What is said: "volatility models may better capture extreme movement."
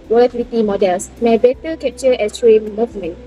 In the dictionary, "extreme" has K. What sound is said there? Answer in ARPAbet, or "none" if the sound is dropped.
none